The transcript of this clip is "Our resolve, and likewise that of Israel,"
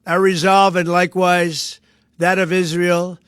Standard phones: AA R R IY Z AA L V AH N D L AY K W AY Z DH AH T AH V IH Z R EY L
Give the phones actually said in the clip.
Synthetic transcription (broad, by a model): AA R R IY Z AA L V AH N L AY K W AY Z DH AH T AH V IH Z R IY L